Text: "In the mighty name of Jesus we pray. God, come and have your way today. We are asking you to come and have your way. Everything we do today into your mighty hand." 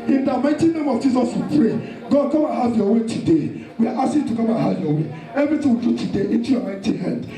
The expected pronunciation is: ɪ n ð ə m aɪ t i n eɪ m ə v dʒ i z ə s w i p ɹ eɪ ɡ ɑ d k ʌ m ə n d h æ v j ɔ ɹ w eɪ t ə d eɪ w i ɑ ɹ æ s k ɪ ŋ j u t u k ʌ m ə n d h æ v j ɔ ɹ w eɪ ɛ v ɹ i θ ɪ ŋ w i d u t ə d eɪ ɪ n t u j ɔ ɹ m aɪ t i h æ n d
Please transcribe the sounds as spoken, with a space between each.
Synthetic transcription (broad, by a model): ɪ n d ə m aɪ t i n eɪ m ə v dʒ i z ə s w i p ɹ eɪ ɡ ɑ d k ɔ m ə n h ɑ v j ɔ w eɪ t ə d eɪ w i ɑ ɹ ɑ s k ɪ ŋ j t u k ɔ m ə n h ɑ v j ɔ w eɪ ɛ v ɹ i t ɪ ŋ w i d u t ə d eɪ ɪ n t u j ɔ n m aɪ t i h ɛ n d